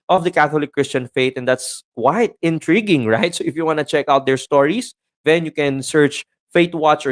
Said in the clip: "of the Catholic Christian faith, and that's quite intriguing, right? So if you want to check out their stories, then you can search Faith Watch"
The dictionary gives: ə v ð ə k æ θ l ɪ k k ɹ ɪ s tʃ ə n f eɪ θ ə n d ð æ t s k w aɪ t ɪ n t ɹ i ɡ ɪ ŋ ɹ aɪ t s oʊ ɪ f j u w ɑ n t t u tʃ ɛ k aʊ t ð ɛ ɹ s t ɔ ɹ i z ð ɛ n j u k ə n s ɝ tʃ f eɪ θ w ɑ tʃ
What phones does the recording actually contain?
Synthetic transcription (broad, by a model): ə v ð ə k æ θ l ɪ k k ɹ ɪ s tʃ ə n f eɪ t ə n d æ t s k w aɪ t ɪ n t ɹ i ɡ ɪ ŋ ɹ aɪ t s oʊ ɪ f j u w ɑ n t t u tʃ ɛ k aʊ t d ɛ ɹ s t ɔ ɹ i s ð ɛ n j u k ə n s ɝ tʃ f eɪ t w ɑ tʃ